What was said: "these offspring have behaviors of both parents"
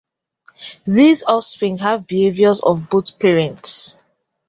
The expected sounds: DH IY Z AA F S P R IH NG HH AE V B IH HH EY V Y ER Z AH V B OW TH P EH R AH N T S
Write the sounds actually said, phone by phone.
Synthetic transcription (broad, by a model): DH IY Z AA S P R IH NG HH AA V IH HH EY V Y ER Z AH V B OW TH P EH R AH N T S